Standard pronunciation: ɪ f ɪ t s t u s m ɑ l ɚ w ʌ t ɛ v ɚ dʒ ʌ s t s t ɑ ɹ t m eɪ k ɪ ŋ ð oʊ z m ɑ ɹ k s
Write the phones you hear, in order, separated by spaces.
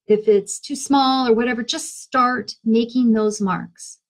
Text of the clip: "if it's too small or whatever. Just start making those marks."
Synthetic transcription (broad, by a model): ɪ f ɪ t s t u s m ɑ l ɚ w ʌ t ɛ v ɚ dʒ ʌ s t s t ɑ ɹ t m eɪ k ɪ ŋ ð oʊ z m ɑ ɹ k s